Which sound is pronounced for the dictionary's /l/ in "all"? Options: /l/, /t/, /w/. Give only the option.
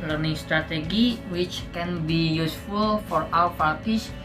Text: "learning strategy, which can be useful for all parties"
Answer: /w/